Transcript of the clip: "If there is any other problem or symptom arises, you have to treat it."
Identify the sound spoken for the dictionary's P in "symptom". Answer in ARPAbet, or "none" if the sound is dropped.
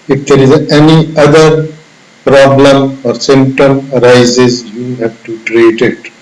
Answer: none